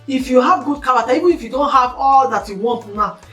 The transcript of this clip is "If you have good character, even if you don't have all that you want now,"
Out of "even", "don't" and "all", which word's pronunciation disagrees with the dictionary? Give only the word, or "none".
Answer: even